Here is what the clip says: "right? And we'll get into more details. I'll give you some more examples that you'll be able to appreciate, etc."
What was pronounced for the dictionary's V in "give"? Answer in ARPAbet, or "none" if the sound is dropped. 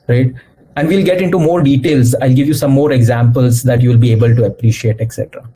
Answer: V